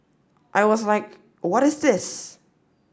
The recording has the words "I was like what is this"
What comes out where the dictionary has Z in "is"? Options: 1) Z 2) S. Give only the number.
1